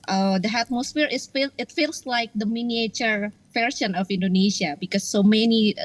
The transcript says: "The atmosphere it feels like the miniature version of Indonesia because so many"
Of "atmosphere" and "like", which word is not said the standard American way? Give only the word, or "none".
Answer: atmosphere